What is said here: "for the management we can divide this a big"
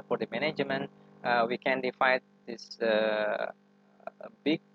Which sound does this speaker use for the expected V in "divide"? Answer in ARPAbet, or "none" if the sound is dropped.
F